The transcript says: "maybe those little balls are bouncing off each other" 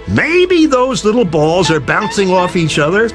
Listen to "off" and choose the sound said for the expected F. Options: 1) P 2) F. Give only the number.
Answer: 2